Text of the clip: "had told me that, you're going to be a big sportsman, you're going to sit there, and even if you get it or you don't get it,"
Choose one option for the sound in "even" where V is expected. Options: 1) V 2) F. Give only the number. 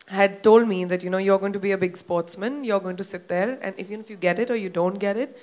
2